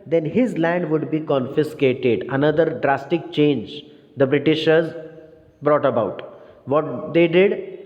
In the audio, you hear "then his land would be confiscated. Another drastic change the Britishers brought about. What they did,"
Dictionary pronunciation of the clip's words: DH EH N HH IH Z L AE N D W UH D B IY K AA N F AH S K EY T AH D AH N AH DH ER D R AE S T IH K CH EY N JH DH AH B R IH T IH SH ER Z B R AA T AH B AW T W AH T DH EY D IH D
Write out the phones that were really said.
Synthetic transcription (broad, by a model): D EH N HH IH Z L AE N D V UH D B IY K AA N F AH S K EY T AH D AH N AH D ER D R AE S T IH K CH EY N JH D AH B R IH T IH SH ER Z B R AA T AH B AW T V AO T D EY D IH D